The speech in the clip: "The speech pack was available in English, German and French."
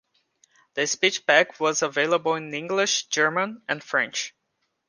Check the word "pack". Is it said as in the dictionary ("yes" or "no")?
no